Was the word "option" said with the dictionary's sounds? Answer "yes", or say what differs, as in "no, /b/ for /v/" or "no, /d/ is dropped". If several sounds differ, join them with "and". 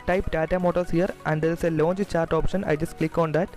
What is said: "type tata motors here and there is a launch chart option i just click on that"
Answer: yes